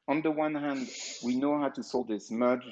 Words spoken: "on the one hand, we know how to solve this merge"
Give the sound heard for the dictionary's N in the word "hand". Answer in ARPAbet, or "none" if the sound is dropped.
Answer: N